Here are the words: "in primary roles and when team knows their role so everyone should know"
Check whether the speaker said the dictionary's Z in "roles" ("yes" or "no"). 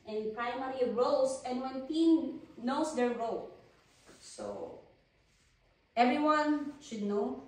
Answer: no